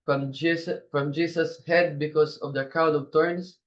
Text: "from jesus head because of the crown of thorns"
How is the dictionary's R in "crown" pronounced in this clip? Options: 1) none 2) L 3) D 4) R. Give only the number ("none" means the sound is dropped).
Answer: 1